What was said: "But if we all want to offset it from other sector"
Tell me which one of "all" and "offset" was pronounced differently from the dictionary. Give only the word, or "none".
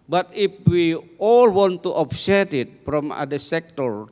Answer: offset